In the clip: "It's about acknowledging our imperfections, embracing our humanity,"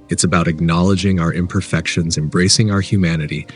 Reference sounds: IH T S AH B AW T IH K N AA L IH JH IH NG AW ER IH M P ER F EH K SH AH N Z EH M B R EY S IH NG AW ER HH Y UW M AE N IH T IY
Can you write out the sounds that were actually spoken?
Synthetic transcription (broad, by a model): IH T S AH B AW T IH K N AA L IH JH IH NG AW ER IH M P ER F EH K SH AH N Z EH M B R EY S IH NG AW ER HH Y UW M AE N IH T IY